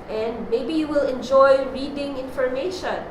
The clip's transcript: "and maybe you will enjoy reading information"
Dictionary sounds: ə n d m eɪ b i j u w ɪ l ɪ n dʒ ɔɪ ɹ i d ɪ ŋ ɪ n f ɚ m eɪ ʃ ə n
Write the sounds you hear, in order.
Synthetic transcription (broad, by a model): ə n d m eɪ b i j u w ɪ l ɪ n dʒ ɔɪ ɹ i d ɪ ŋ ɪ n f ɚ m eɪ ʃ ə n